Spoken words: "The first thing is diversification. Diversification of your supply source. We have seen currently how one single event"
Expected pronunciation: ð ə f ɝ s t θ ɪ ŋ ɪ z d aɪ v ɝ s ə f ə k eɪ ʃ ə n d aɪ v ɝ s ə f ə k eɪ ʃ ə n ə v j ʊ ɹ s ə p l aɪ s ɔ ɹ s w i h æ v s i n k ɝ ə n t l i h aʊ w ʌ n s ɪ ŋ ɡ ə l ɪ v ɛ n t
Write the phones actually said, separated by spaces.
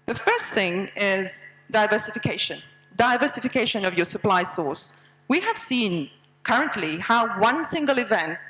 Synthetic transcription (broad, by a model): ð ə f ɝ s t θ ɪ ŋ ɪ z d aɪ v ɝ s ə f ə k eɪ ʃ ə n d aɪ v ɝ s ə f ə k eɪ ʃ ə n ə v j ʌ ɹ s ə p l aɪ s ɔ ɹ s w i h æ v s i n k ɝ ə n t l i h aʊ w ʌ n s ɪ ŋ ɡ ə l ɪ v ɛ n t